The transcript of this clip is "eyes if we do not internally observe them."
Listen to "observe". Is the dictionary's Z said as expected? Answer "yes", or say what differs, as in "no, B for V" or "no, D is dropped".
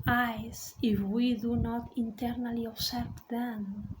no, S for Z